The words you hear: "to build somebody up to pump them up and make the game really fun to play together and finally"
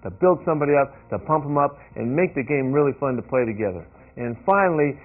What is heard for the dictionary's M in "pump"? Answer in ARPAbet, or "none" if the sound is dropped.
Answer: M